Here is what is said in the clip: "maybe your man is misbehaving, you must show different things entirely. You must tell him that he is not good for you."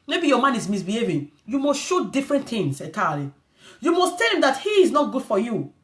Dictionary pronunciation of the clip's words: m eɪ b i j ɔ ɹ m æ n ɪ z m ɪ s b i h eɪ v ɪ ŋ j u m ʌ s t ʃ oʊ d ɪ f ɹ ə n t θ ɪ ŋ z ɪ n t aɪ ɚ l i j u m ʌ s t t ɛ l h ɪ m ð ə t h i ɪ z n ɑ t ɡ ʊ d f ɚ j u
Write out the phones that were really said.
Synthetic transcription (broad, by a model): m eɪ b i j ɔ m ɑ n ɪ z m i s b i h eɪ v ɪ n j u m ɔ s t ʃ oʊ d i f ɹ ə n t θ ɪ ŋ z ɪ t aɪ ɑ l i j u m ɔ s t t ɛ l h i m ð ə t h i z n ɑ t ɡ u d f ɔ j u